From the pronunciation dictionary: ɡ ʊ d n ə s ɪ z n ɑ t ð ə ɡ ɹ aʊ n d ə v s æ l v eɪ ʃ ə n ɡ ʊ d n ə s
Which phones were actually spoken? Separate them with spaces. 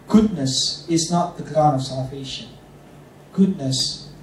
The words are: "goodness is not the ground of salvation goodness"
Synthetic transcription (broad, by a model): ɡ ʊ d n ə s ɪ z n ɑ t ð ə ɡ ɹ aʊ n ə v s æ l v eɪ ʃ ə n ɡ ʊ d n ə s